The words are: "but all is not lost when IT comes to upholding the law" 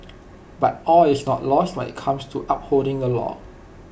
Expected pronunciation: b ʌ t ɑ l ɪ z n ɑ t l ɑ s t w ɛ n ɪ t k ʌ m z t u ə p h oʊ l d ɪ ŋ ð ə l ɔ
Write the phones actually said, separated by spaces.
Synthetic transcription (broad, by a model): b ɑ t ɑ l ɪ s n ɑ t l ɑ s t w ɛ n ɪ t k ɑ m s t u ə p h oʊ l d ɪ ŋ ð ə l ɔ